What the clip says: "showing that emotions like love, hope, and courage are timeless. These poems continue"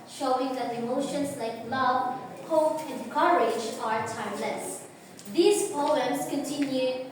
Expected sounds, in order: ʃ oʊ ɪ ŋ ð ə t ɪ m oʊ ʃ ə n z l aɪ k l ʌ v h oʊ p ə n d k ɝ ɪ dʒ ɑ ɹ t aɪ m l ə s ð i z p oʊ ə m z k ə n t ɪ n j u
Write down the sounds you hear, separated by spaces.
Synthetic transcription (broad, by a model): ʃ oʊ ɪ ŋ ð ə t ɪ m oʊ ʃ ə n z l aɪ k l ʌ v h oʊ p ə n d k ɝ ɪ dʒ ɑ ɹ t aɪ m l ə s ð i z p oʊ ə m s k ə n t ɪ n j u